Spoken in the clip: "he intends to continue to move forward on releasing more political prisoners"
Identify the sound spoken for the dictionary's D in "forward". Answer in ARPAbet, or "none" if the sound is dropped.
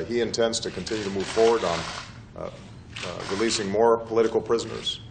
D